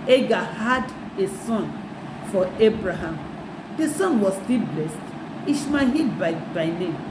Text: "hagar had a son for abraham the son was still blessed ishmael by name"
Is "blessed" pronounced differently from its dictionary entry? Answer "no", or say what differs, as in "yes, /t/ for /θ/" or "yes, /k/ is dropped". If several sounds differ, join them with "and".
no